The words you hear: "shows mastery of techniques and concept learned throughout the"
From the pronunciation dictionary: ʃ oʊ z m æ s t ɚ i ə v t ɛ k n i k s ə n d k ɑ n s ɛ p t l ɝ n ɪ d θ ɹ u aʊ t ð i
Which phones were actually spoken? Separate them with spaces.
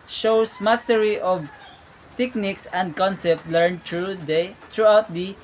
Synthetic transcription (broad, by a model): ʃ oʊ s m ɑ s t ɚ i ə v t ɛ k n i k s ə n d k ɑ n s ɛ p t l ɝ n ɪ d t ɹ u aʊ t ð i